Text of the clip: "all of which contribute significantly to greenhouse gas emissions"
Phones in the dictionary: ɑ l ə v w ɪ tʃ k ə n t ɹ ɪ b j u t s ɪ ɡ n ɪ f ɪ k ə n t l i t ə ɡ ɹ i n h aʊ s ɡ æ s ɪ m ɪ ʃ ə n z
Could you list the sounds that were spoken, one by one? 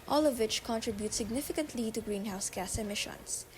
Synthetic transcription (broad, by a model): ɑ l ə v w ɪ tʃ k ə n t ɹ ɪ b j u t s ɪ ɡ n ɪ f ɪ k ə n t l i t ə ɡ ɹ i n h aʊ s ɡ æ s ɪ m ɪ ʃ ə n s